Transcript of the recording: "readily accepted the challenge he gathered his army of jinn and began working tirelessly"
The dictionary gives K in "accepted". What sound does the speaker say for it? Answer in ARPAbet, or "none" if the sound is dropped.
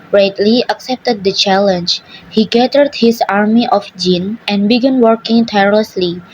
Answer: K